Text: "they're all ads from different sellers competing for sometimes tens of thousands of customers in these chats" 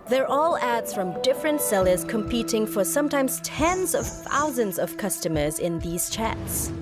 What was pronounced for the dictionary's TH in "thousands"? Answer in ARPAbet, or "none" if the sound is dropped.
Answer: TH